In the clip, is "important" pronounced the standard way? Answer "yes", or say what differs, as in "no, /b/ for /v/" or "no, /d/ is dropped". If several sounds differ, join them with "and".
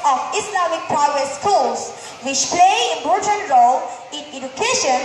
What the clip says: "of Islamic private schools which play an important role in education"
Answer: no, /p/ is dropped